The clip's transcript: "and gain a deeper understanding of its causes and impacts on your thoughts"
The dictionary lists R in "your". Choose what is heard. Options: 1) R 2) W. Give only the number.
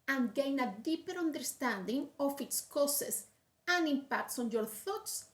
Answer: 1